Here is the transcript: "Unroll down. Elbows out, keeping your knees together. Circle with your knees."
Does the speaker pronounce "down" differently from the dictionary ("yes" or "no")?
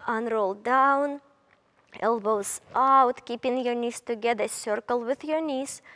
no